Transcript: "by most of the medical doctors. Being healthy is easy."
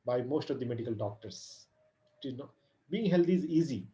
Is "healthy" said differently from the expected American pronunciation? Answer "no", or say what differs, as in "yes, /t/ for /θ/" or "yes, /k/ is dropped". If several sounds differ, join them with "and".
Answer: yes, /t/ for /θ/